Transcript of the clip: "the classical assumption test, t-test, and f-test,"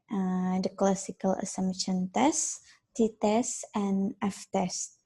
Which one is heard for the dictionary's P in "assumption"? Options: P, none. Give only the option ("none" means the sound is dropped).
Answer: none